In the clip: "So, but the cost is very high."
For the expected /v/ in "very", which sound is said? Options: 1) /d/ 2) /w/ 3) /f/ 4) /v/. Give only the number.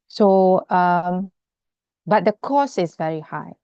4